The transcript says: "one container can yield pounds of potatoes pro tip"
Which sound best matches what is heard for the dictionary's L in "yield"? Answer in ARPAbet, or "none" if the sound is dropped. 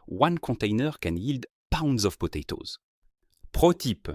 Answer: L